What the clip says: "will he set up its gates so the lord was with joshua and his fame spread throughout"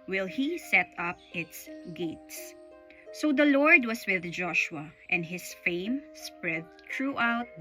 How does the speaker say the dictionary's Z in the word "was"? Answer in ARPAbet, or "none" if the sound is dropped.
S